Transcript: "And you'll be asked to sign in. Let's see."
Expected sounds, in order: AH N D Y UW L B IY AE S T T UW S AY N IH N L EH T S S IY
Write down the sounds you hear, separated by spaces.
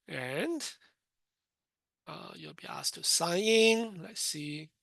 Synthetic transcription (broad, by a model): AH N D Y UW L B IY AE S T T UW S AY IH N L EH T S S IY